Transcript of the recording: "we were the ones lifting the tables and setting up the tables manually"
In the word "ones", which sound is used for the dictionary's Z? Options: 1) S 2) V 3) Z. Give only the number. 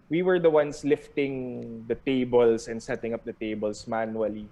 1